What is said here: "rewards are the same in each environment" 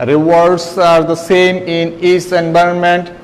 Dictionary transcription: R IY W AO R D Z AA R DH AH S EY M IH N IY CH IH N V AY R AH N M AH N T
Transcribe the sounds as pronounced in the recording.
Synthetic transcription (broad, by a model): R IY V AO R D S AA R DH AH S EY M IH N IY S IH N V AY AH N M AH N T